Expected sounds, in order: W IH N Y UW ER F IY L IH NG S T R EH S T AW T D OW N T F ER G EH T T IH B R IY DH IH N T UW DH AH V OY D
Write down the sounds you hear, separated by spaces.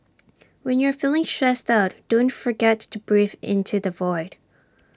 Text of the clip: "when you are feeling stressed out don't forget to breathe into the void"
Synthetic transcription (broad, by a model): W IH N Y ER F IY L IH NG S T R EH S T AW T D OW N T F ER G EH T T IH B R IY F IH N T UW DH AH V OY D